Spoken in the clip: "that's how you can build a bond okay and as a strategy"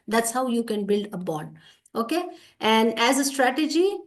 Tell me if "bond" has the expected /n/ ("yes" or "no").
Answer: no